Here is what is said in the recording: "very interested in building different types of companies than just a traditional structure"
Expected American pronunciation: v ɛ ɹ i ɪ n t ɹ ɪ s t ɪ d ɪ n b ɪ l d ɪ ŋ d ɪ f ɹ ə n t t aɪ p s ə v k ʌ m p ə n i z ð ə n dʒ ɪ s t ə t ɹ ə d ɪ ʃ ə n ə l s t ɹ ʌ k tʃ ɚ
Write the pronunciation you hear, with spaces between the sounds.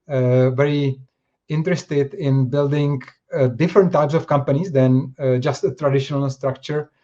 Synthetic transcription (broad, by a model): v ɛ ɹ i ɪ n t ɹ ɪ s t ɪ d ɪ n b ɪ l d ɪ ŋ d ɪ f ɹ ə n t t aɪ p s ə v k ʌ m p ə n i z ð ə n dʒ ɪ s t ə t ɹ ə d ɪ ʃ ə n ə l s t ɹ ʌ k tʃ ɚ